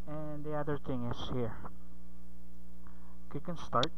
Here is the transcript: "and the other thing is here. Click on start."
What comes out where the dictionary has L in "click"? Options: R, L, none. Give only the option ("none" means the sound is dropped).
none